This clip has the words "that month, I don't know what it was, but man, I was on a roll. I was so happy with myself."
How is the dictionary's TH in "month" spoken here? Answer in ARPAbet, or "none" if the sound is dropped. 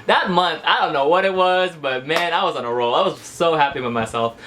TH